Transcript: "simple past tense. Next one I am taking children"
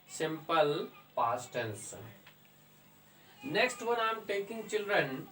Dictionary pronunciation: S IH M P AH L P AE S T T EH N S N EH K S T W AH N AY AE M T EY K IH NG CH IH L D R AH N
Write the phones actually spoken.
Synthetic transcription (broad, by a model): S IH M P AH L P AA S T T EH L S N EH K S T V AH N AY M T EY K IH NG CH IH L D R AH N